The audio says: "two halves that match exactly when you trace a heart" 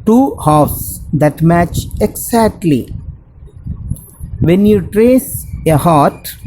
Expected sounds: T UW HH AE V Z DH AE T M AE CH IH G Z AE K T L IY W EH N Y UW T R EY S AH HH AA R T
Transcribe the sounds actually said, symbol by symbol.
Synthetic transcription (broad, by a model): T UW HH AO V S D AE T M AE CH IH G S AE K T L IY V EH N Y UW T R EY S AH HH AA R T